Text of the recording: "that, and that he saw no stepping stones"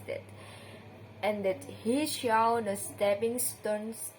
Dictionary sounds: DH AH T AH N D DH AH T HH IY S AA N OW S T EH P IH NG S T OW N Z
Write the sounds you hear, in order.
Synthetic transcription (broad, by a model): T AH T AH N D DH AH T HH IY SH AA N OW S T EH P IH NG S T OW N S